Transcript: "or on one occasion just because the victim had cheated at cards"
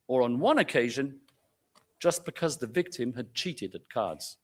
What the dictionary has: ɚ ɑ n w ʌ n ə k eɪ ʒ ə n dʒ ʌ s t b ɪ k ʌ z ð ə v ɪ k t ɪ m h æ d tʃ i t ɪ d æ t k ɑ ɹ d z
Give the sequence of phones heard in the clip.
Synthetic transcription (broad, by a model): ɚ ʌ n w ʌ n ə k eɪ ʒ ə n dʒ ʌ s b ɪ k ʌ z ð ə v ɪ k t ɪ m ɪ d tʃ i t ɪ d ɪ t k ɑ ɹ d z